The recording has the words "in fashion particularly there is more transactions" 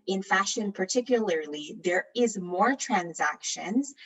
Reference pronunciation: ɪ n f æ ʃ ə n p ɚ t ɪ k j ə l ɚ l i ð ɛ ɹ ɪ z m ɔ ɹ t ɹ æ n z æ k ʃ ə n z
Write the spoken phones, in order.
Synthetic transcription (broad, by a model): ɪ n f æ ʃ ə n p ɚ t ɪ k j ə l ɚ l i ð ɛ ɹ ɪ z m ɔ ɹ t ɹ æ n z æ k ʃ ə n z